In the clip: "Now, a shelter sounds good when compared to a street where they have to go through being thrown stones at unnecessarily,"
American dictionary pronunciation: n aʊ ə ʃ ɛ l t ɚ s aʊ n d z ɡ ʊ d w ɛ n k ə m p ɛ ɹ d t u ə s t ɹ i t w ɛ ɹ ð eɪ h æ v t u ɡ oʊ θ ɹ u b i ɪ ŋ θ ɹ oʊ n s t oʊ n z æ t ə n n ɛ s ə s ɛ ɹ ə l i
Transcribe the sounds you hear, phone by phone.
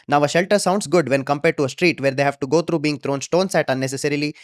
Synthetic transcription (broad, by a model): n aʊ ə ʃ ɛ l t ɚ s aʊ n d s ɡ ʊ d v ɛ n k ə m p ɛ ɹ d t u ə s t ɹ i t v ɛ ɹ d eɪ h æ v t u ɡ oʊ t ɹ u b i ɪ ŋ t ɹ oʊ n s t oʊ n s æ t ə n n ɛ s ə s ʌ ɹ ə l i